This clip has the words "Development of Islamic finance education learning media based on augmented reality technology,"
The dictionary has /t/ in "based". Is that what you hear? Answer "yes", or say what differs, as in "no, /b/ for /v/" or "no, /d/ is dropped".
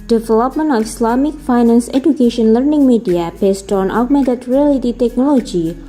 yes